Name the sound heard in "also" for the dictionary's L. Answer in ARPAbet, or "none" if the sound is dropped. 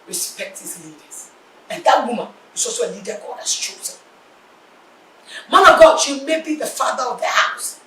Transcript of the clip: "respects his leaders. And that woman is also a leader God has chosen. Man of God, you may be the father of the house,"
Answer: none